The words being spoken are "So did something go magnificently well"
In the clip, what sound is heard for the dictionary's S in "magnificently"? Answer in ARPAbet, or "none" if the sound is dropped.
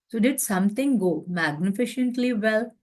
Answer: SH